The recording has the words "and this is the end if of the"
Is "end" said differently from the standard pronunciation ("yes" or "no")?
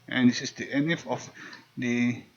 yes